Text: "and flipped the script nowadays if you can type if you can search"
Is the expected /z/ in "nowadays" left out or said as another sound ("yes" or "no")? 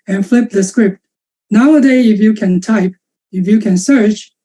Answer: yes